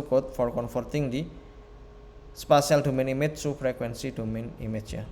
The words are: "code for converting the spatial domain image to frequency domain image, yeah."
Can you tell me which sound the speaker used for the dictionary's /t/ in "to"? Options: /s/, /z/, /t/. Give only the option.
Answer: /s/